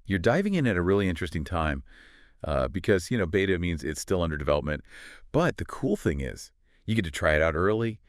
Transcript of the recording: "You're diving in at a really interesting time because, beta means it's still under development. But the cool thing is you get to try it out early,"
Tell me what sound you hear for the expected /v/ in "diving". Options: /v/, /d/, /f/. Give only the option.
/v/